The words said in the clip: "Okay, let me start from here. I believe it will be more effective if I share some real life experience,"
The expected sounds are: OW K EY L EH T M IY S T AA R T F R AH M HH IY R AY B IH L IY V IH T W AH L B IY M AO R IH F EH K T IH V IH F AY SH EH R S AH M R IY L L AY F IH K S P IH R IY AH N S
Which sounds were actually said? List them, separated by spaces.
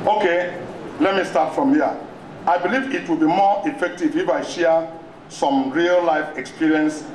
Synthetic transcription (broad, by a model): OW K EY L EH T M IY S T AA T F R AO M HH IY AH AY B IH L IY V IH T W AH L B IY M AO IH F EH K T IH V IH F AY SH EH S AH M R IY L L AY F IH K S P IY R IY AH N S